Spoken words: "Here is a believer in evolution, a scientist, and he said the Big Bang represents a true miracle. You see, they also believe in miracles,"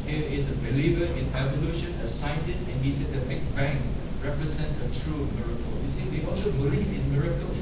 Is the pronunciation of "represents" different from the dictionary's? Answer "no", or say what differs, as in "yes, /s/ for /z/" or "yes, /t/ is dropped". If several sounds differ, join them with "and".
yes, /s/ is dropped